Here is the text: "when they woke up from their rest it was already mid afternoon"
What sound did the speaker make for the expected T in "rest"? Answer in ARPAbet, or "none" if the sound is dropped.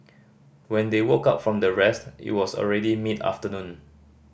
T